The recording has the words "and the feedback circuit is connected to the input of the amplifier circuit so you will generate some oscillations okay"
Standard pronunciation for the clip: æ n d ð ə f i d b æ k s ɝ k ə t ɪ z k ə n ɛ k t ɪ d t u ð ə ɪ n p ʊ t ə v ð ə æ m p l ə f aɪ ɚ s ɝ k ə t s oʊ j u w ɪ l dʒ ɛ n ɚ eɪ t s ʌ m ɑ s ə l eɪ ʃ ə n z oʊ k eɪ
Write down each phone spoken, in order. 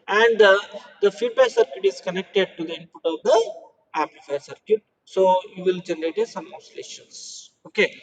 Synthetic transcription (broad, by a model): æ n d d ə f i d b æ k s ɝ k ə t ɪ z k ə n ɛ k t ɪ d t u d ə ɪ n p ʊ t ə v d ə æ p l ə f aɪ s ɝ k ə t s oʊ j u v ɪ l dʒ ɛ n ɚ eɪ t s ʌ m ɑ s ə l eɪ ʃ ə n s oʊ k eɪ